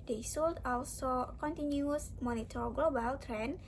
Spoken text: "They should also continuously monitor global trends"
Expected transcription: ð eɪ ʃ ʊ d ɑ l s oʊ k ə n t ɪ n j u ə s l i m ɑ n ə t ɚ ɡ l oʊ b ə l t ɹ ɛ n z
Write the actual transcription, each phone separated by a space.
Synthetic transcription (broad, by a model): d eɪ s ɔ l ɑ l s oʊ k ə n t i n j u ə s m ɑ n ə t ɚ ɡ l oʊ b ə l t ɹ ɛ n